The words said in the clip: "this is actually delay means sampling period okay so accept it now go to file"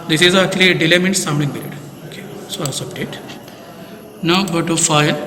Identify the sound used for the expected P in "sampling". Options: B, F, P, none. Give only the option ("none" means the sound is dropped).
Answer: B